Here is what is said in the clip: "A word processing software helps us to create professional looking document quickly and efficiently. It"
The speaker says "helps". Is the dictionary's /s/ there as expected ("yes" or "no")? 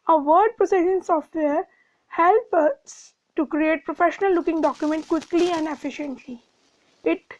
no